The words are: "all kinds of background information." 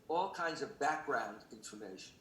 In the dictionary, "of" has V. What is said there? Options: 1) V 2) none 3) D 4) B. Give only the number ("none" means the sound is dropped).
1